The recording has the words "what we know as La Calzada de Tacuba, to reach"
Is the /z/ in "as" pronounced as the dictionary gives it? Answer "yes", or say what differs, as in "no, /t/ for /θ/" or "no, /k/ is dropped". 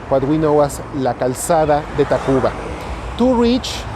no, /s/ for /z/